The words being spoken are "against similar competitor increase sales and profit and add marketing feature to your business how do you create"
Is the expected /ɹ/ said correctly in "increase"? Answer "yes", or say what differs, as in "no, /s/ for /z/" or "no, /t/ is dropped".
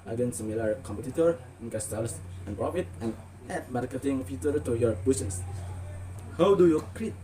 no, /ɹ/ is dropped